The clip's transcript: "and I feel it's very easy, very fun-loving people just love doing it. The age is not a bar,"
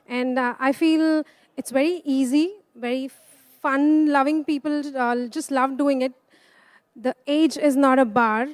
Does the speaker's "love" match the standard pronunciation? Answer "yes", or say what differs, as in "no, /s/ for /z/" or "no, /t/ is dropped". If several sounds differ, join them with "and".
yes